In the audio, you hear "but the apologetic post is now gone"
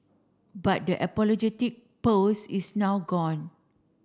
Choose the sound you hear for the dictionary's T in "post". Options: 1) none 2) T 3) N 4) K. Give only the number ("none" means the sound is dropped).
1